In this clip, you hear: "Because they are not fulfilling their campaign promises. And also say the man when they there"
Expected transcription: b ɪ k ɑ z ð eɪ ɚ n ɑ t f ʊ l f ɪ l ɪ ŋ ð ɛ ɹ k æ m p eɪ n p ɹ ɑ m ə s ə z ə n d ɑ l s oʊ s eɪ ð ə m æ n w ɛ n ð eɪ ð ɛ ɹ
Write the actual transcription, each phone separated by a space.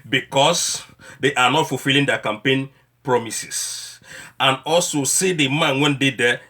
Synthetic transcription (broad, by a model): b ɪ k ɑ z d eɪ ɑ n ɑ t f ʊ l f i l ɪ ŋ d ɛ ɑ k æ m p eɪ n p ɹ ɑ m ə s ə s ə n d ɑ l s oʊ s eɪ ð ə m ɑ n w ɛ n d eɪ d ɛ